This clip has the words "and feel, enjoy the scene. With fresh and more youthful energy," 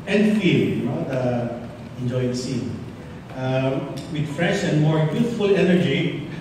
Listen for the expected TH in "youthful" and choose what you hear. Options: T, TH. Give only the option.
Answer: T